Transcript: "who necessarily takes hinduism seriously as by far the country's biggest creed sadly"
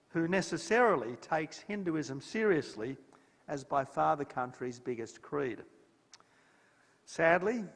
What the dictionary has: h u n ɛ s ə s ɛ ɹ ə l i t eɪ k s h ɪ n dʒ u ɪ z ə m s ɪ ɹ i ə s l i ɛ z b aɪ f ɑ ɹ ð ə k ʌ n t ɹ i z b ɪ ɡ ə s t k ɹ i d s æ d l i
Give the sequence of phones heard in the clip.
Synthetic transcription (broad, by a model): h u n ɛ s ə s ɛ ɹ ə l i t eɪ k s h ɪ n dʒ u ɪ z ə m s ɪ ɹ i ə s l i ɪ z b aɪ f ɑ ɹ ð ə k ʌ n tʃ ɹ i z b ɪ ɡ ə s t k ɹ i d s æ d l i